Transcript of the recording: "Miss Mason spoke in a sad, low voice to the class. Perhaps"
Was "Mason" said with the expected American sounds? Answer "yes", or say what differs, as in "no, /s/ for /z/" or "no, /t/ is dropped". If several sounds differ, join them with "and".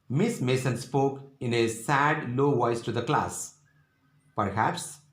yes